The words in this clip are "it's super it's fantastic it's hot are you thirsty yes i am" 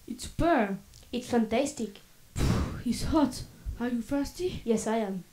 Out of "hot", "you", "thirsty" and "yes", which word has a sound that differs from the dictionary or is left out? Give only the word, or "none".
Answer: thirsty